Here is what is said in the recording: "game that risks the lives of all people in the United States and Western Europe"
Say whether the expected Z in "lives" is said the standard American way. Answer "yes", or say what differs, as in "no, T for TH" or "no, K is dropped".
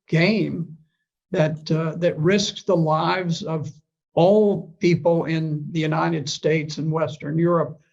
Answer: yes